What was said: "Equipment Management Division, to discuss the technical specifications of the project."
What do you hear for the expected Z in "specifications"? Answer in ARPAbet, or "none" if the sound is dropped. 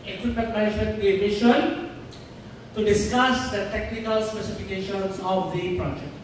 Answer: S